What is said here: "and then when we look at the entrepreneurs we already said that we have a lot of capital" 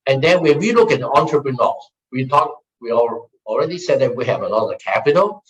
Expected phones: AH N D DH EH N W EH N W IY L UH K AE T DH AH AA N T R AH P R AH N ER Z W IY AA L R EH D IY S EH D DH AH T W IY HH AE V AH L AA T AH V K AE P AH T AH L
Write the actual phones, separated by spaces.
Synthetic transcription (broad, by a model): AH N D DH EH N W EH N W IY L UH K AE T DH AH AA N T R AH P R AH N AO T W IY AA L R EH D IY S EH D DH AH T W IY HH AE V AH N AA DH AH K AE P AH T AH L